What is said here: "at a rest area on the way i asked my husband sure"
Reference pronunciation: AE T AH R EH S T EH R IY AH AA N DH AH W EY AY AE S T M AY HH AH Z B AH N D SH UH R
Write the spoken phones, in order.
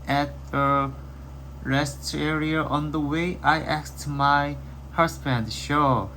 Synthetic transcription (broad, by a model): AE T AH R EH S T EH R IY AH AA N DH AH W EY AY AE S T M AY HH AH S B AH N D SH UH